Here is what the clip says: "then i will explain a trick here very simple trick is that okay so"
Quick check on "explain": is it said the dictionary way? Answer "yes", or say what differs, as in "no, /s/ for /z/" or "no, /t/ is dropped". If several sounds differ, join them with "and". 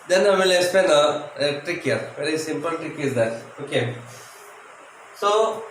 no, /l/ is dropped